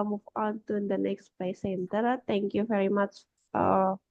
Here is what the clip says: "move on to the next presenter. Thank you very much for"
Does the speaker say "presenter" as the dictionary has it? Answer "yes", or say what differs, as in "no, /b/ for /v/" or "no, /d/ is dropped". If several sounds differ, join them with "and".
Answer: no, /l/ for /ɹ/ and /s/ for /z/